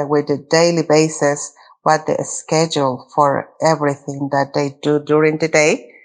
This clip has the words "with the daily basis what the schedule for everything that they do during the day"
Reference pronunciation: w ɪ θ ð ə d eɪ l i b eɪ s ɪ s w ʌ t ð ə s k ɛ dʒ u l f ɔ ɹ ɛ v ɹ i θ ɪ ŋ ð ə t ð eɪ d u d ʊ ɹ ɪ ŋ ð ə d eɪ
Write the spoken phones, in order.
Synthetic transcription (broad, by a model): w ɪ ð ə d eɪ l i b eɪ s ɪ s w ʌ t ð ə s k ɛ dʒ u l f ɔ ɹ ɛ v ɹ i θ ɪ ŋ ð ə t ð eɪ d u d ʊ ɹ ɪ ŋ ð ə d eɪ